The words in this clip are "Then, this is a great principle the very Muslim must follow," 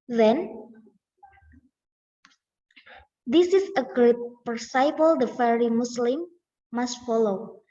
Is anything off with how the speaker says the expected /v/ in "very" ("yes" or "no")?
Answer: yes